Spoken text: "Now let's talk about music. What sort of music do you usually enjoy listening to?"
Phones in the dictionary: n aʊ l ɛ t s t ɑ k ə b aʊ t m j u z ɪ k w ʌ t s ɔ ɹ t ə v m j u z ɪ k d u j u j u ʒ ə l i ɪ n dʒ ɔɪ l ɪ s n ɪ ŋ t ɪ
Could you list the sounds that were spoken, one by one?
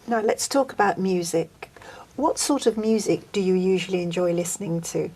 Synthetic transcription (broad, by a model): n aʊ l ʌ t s t ɑ k ə b aʊ t m j u z ɪ k w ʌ t s ɔ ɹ t ə v m j u z ɪ k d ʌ j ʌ j u ʒ ə l i ɪ n dʒ ɔɪ l ɪ s n ɪ ŋ t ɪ